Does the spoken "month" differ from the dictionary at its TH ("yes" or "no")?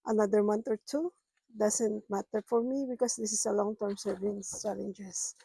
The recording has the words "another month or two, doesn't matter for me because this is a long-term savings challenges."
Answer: yes